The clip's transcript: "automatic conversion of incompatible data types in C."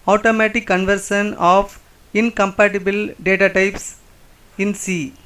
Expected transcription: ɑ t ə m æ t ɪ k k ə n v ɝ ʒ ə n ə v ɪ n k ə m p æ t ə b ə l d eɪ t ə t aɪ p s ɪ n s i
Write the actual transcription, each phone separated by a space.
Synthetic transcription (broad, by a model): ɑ t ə m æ t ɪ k k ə n v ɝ ʃ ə n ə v ɪ n k ə m p æ t ə b ə l d eɪ t ə t aɪ p s ɪ n s i